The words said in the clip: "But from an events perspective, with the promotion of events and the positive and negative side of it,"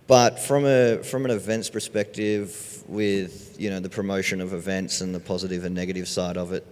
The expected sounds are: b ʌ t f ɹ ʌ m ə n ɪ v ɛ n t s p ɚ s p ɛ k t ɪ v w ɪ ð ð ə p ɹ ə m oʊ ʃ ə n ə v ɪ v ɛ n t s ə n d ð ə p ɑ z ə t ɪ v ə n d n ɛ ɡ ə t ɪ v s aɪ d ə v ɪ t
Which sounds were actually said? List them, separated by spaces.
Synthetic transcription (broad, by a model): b ʌ t f ɹ ʌ m ə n ɪ v ɛ n t s p ɚ s p ɛ k t ɪ v w ɪ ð ð ə p ɹ ə m oʊ ʃ ə n ə v ɪ v ɛ n t s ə n ð ə p ɑ z ə t ɪ v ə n n ɛ ɡ ə t ɪ v s aɪ d ə v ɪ t